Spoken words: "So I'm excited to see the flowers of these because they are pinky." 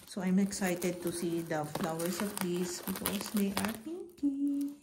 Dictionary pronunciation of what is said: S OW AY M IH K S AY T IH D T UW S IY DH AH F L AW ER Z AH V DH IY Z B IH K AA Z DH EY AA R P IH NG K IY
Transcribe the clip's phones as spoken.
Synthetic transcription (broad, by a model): S OW AY M IH K S AY T IH D T UW S IY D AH F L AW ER S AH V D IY S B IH K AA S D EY AA R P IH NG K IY